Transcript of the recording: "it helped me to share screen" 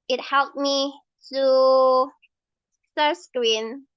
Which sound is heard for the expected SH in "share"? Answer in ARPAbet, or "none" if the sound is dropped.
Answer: S